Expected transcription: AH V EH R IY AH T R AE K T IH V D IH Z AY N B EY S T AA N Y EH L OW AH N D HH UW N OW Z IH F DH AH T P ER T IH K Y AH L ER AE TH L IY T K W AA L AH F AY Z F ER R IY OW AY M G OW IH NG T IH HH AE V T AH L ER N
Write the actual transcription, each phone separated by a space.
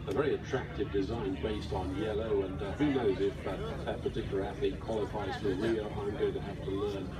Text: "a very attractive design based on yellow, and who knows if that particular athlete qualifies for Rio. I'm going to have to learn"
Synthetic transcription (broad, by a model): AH V EH R IY AH T R AE K T IH V D IH Z AY N B EY S T N Y EH L OW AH N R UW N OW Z IH F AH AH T P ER T IH K Y L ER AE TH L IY K W AA L AH F AY Z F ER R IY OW AY M G OW IH NG T IH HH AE F T AH L ER N